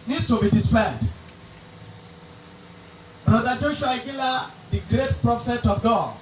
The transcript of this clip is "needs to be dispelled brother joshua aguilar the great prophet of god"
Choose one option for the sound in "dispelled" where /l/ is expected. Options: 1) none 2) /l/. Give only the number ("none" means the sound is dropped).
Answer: 1